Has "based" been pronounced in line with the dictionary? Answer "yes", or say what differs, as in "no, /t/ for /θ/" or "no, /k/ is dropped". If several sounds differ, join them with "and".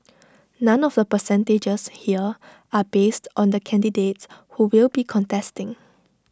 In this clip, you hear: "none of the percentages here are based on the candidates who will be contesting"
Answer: yes